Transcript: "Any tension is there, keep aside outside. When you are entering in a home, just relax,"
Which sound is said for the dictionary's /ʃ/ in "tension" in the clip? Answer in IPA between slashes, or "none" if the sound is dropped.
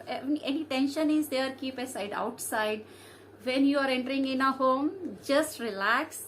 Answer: /ʃ/